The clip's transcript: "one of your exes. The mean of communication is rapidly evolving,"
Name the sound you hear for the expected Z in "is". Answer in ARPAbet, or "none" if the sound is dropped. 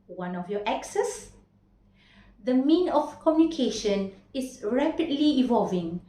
S